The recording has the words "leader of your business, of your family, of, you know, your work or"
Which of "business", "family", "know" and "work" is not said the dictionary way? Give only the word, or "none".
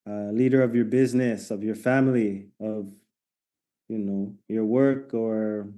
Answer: none